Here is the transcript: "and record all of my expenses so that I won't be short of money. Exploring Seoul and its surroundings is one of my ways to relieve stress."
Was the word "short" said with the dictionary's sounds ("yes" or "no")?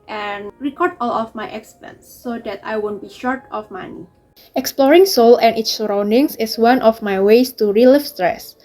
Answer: yes